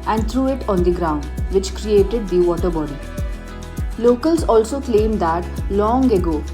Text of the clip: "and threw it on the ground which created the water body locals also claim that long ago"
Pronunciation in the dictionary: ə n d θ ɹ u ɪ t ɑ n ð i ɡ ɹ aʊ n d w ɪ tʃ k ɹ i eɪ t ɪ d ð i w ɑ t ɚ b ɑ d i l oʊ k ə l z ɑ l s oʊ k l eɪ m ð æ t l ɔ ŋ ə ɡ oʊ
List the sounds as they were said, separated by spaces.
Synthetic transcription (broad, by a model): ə n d t ɹ u ɪ t ɑ n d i ɡ ɹ aʊ n d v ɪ tʃ k ɹ i eɪ t ɪ d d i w ɑ t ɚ b ɑ d i l oʊ k ə l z ɑ l s oʊ k l eɪ m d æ t l ɔ ŋ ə ɡ oʊ